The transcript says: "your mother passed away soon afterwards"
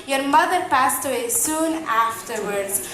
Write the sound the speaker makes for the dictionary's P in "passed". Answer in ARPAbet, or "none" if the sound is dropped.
P